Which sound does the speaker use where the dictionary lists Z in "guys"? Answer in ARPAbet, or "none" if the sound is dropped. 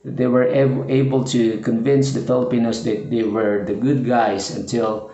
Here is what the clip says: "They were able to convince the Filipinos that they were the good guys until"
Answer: S